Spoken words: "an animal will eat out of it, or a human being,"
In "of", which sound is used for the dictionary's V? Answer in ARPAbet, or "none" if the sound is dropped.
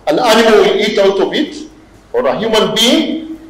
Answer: B